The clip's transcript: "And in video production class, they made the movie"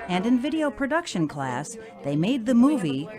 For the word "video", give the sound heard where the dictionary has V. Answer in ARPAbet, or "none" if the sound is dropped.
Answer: V